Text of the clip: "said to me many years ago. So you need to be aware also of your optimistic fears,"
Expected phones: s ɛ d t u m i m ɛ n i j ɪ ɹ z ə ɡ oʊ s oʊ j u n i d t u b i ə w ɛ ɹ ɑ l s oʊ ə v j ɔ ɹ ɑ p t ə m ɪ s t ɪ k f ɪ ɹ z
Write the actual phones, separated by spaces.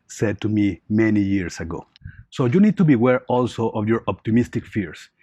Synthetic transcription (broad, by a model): s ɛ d t u m i m ɛ n i j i ɹ s ə ɡ oʊ s oʊ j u n i d t u b i w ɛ ɹ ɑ l s oʊ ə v j ɔ ɹ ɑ p t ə m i s t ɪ k f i ɹ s